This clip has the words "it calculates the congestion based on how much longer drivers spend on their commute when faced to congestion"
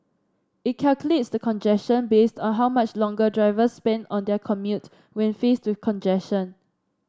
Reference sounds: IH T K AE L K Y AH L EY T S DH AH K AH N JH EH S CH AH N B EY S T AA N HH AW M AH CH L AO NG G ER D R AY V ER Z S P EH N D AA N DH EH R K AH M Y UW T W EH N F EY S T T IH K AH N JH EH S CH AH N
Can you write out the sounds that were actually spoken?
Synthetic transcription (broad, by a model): IH T K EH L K Y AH L EY T S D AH K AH N JH EH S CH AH N B EY S T AA N HH AW M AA CH L AO NG G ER D R AY V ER S P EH N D AA N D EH K AH M Y UW T W EH N F EY S T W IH K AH N JH EH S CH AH N